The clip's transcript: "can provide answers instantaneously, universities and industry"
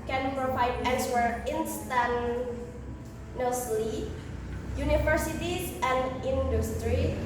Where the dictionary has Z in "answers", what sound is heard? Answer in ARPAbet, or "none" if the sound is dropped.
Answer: none